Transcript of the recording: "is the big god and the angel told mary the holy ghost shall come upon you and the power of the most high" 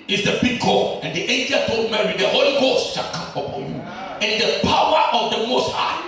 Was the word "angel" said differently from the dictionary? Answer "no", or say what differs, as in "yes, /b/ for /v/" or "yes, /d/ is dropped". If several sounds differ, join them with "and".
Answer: no